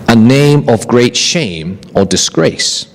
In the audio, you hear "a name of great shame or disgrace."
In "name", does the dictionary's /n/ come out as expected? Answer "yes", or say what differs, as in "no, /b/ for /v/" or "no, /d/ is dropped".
yes